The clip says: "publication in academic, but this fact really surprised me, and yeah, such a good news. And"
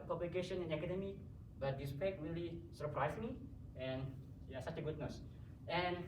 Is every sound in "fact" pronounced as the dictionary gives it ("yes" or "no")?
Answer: no